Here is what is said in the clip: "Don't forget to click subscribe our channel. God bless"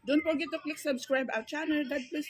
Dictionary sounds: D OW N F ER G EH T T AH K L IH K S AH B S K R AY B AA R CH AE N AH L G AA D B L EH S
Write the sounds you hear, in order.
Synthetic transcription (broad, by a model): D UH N P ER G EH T T AH K L IH K S AH B S K R AY B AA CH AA N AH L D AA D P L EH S